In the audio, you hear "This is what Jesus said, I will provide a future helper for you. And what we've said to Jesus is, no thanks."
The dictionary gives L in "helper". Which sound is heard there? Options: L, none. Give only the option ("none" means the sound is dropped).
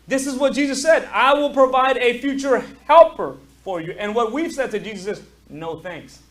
L